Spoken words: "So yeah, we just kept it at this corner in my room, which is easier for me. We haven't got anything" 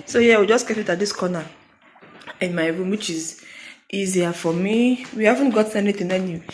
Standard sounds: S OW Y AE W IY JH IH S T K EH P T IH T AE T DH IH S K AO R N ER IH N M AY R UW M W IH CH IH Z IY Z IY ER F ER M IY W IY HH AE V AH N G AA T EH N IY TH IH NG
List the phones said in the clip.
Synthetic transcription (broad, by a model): S OW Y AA W IY JH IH S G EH T IH T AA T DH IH S K AO N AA IH N M AY R UW M W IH CH IH Z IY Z IY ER F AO M IY W IY HH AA V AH N G AA T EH N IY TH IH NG